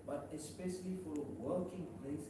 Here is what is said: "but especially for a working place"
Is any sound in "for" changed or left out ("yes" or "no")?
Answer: yes